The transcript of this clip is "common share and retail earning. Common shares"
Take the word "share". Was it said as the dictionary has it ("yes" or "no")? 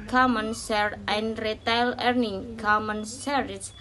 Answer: no